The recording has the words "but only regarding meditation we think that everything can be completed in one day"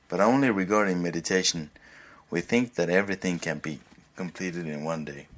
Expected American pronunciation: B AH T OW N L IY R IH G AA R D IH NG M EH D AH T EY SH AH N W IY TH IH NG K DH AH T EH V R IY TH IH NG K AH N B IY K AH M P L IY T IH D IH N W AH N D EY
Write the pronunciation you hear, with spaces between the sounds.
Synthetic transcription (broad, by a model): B AH T OW N L IY R IH G AA R D IH NG M EH D AH T EY SH AH N W IY TH IH NG K DH AH T EH V R IY TH IH NG K AH N B IY K AH M P L IY T IH D IH N W AH N D EY